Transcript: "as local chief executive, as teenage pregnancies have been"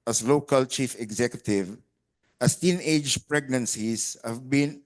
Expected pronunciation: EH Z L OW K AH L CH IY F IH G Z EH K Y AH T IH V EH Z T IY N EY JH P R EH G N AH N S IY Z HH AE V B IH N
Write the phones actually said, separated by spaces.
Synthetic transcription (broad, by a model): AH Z L OW K AH L CH IY F IH G Z EH K Y AH T IH V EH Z T IY N EY JH P R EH G N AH N S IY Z HH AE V B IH N